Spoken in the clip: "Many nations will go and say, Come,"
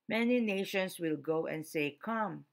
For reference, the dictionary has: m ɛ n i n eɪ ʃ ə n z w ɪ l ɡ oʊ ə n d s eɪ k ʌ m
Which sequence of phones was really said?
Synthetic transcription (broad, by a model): m ɛ n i n eɪ ʃ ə n s w ɪ l ɡ oʊ ə n d s eɪ k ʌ m